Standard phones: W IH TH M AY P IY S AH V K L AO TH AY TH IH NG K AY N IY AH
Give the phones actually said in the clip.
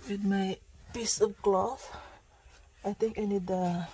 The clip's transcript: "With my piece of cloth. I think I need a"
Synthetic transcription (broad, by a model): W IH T M AY P IY S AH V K L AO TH AY T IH NG K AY N IY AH